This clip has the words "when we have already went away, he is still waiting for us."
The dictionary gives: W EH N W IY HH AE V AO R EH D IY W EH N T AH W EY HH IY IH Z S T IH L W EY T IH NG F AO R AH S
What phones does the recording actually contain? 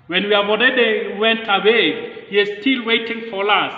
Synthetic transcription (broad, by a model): W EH N W IY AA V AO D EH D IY W EH N T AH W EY HH IY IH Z S T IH L W EY T IH NG F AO L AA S